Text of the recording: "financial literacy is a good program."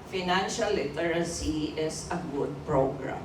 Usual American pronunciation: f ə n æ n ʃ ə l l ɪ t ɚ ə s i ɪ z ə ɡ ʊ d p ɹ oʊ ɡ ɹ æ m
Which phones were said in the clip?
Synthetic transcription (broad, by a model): f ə n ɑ n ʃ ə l l ɪ t ɚ ə s i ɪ s ə ɡ ʊ d p ɹ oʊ ɡ ɹ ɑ m